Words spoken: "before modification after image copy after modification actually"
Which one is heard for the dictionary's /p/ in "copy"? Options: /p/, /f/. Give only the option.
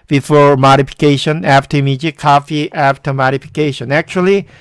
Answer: /f/